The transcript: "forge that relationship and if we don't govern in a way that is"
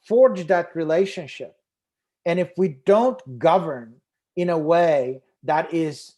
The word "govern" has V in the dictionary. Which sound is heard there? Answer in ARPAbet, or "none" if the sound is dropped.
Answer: V